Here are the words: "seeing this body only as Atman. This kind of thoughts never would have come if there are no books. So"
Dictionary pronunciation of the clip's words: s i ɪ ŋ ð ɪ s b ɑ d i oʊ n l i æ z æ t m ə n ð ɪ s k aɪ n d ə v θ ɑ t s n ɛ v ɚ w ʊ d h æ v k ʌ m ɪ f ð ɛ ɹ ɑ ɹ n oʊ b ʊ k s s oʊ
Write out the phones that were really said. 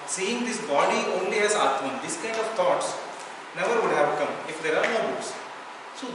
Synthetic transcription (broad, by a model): s i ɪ ŋ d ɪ s b ɑ d i oʊ n l i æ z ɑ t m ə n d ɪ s k aɪ n d ə v t ɑ t s n ɛ v ɚ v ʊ d h æ v k ʌ m ɪ f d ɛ ɹ ɑ ɹ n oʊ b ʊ s s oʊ